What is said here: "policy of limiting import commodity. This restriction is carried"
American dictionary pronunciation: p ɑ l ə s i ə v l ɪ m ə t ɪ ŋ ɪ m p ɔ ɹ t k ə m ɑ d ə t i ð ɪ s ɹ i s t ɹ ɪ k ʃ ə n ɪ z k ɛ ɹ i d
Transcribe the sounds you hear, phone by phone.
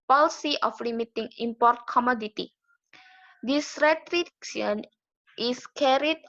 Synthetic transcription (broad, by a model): p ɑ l s i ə f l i m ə t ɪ ŋ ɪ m p ɔ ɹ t k ə m ɑ d ə t i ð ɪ s ɹ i t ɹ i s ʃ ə n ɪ s k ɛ ɹ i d